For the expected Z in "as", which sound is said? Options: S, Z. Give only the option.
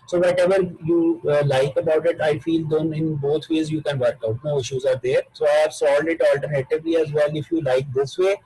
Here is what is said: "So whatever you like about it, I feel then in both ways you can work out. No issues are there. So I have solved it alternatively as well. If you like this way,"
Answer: Z